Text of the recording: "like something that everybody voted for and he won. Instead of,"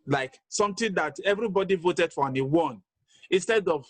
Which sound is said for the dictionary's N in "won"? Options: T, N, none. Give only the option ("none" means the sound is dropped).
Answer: N